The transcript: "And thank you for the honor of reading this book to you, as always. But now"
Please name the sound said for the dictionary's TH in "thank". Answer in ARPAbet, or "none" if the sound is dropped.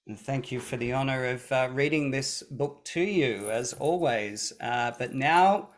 TH